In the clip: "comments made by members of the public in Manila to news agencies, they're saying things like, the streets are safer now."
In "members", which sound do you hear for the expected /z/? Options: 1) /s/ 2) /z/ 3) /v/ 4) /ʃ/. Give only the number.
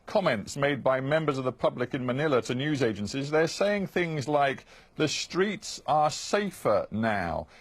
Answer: 2